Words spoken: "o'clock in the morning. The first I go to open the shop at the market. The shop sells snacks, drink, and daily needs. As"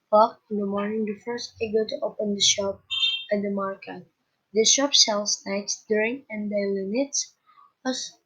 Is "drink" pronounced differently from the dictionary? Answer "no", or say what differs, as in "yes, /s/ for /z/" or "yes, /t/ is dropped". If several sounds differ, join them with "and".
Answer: yes, /k/ is dropped